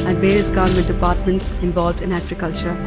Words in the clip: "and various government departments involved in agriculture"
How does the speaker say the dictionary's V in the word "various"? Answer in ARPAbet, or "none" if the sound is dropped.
B